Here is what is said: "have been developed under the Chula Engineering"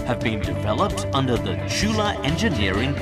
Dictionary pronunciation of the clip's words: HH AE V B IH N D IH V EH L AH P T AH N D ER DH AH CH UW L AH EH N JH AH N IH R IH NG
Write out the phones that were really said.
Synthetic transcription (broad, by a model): HH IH V B IH N D IH V EH L AH P T AH N D ER DH AH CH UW L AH EH N JH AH N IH R IH NG